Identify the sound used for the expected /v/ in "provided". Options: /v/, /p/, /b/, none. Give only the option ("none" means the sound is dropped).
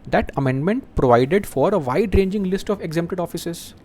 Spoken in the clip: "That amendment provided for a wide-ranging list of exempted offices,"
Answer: /v/